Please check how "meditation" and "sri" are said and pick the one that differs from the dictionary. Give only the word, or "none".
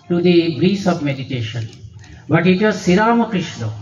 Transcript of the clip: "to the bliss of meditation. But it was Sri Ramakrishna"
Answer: sri